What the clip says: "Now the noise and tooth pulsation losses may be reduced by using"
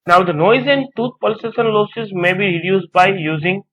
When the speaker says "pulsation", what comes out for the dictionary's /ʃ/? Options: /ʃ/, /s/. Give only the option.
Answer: /s/